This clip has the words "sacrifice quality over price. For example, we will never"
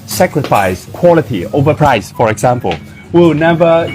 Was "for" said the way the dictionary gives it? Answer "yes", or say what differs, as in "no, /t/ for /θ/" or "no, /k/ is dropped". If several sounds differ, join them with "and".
yes